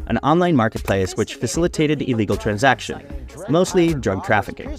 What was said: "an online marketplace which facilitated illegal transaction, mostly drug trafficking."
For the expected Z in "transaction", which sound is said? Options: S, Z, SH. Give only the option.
Z